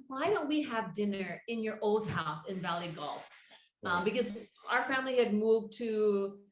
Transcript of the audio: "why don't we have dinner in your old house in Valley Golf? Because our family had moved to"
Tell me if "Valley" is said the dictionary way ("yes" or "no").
yes